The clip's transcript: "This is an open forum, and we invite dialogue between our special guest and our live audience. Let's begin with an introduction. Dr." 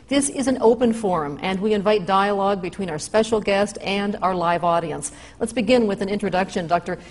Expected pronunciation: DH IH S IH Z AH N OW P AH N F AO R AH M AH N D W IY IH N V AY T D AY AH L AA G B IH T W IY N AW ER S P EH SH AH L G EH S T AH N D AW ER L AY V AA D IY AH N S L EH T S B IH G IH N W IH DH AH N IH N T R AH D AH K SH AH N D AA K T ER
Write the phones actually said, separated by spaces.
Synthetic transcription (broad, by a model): DH IH S IH Z AH N OW P AH N F AO R AH M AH N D W IY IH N V AY T D AY AH L AA G B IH T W IY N AW ER S P EH SH L G EH S T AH N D AW ER L AY V AA D IY AH N S L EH T S B IH G IH N W IH DH AH N IH N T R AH D AH K SH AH N D AA K T ER